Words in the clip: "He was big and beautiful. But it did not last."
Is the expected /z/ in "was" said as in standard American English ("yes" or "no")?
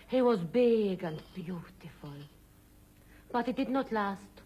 yes